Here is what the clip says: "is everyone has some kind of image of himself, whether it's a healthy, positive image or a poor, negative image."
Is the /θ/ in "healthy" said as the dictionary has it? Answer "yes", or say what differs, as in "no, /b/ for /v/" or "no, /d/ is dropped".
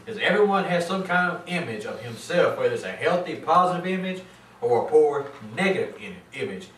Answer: yes